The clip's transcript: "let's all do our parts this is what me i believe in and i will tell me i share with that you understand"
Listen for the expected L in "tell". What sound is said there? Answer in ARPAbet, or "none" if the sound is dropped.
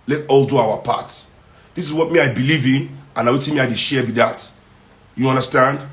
N